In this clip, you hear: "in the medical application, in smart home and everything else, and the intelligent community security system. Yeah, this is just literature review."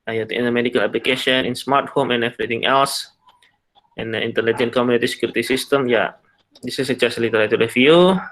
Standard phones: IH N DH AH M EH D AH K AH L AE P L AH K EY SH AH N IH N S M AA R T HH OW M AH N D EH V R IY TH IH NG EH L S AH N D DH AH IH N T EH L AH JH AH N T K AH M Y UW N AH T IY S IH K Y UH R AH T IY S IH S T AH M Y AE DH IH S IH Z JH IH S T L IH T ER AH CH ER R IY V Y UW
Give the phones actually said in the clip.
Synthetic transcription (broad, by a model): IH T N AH M EH D AH K AH L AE P L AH K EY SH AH N IH N S M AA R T HH OW M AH N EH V R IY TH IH NG EH L S AH N D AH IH N T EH L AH JH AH N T K AH M Y UW N AH T IY S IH K Y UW R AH T IY S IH S T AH M Y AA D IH S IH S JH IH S L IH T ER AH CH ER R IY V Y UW